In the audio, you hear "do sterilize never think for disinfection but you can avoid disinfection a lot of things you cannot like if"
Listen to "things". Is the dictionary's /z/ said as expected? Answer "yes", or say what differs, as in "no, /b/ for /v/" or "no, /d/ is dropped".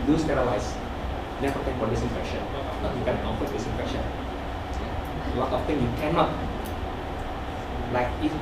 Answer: no, /z/ is dropped